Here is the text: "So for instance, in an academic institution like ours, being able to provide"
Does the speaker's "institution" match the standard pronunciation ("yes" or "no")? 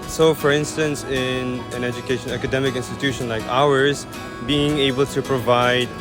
yes